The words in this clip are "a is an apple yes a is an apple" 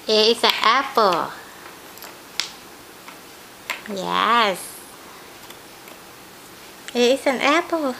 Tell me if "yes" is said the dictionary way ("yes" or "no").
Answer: yes